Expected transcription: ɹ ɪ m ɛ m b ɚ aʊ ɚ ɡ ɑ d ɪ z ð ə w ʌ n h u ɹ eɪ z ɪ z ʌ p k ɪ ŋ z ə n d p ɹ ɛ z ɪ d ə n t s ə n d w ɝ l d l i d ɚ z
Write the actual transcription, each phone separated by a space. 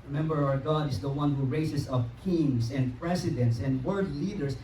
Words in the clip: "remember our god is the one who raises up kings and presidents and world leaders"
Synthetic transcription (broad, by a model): ɹ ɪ m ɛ m b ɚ aʊ ɚ ɡ ɑ d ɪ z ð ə w ʌ n h u ɹ eɪ s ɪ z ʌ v k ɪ ŋ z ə n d p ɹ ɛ s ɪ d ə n t s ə n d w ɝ d l i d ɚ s